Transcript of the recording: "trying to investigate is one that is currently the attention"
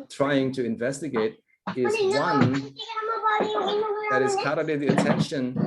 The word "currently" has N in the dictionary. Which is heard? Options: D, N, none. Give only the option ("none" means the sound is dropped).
none